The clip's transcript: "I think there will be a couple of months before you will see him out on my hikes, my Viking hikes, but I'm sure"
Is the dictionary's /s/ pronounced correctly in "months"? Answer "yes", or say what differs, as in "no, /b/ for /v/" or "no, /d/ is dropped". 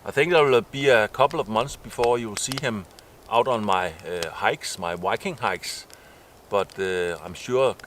yes